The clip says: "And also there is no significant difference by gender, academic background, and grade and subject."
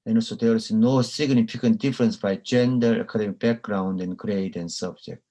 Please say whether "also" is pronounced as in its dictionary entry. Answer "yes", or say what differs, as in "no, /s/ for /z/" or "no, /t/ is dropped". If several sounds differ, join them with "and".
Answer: no, /l/ is dropped